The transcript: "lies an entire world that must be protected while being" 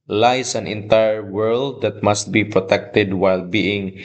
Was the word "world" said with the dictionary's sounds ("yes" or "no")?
yes